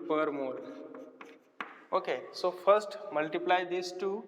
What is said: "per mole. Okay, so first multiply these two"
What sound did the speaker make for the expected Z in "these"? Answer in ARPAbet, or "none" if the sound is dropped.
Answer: S